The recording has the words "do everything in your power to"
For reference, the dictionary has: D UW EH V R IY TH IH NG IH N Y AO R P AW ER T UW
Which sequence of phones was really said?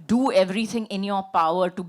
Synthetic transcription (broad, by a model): D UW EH V R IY T IH NG IH N Y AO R P AW ER T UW